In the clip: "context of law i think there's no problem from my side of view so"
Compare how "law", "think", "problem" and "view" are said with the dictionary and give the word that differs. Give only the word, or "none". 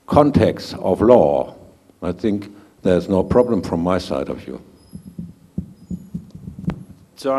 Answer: none